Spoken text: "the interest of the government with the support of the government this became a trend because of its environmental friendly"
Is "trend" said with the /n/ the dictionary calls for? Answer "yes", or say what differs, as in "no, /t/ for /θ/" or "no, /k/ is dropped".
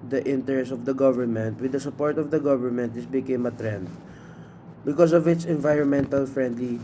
yes